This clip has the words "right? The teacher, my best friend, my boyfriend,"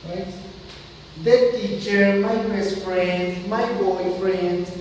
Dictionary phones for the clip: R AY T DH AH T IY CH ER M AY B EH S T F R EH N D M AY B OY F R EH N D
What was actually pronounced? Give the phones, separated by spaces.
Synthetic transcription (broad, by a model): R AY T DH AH T IY CH ER M AY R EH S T F R EH N D M AY B OY F R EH N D